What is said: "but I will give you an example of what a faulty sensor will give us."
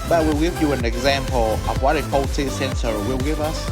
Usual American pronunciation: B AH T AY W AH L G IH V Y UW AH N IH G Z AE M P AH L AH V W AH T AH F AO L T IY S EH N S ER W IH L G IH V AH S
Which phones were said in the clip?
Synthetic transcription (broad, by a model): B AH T W AH L G IH V Y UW AH N IH G Z AE M P AH L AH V W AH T AH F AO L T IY S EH N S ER W IH L G IH V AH S